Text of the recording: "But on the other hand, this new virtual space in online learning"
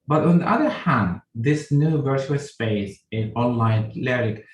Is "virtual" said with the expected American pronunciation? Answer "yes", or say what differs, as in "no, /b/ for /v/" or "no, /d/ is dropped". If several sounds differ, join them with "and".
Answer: yes